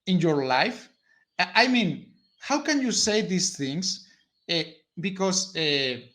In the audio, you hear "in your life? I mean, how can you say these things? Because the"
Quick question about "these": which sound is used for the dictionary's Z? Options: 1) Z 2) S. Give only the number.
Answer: 2